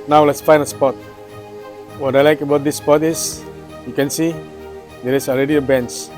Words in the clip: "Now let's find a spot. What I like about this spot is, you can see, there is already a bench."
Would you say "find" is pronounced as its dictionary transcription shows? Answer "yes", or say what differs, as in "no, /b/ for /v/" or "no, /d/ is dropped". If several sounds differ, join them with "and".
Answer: no, /d/ is dropped